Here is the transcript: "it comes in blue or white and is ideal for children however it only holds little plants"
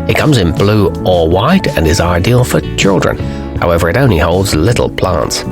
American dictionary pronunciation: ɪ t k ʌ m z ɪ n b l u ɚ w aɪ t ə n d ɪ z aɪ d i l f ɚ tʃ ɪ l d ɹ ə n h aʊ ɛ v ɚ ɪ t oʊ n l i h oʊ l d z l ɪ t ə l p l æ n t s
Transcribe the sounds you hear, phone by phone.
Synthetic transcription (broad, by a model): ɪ t k ʌ m z ɪ n b l u ɚ w aɪ t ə n ɪ z aɪ d i l f ɚ tʃ ɪ l d ɹ ə n h aʊ ɛ v ɚ ɪ t oʊ n l i h oʊ l d z l ɪ t l p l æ n t s